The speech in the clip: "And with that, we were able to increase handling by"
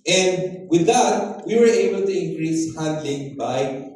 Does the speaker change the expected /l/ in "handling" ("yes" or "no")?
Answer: no